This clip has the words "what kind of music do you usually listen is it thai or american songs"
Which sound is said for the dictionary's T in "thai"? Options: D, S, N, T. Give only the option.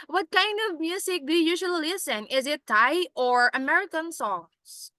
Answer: T